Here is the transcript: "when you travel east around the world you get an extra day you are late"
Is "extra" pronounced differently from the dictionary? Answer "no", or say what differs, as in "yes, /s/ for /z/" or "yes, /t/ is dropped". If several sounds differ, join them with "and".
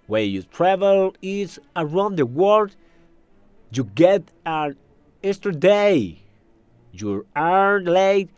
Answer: yes, /k/ is dropped and /ɹ/ is dropped